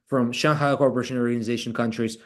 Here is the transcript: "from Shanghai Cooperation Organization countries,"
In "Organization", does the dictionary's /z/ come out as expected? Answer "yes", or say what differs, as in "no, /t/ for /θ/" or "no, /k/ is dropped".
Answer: yes